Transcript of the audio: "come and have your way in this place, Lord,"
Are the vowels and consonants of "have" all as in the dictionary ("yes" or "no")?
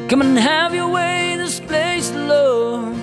yes